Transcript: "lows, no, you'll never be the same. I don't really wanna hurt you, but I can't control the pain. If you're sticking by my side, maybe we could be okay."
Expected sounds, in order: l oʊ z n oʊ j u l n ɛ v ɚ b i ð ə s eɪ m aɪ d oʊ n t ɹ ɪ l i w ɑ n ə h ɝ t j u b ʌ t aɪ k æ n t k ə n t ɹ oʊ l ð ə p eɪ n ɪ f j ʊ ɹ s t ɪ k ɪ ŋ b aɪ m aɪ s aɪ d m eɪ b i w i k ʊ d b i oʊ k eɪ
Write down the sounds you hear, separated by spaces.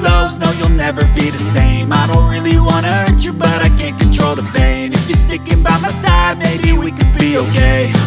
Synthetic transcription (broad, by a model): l oʊ z n oʊ j u l n ɛ v ɚ b i ð ə s eɪ m aɪ d oʊ n t ɹ ɪ l i w ɑ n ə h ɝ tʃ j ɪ b ʌ t aɪ k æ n k ə n t ɹ oʊ l ð ə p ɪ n ɪ f j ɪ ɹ s t ɪ k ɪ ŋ b aɪ m aɪ s aɪ d m eɪ b i w i k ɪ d b i oʊ k eɪ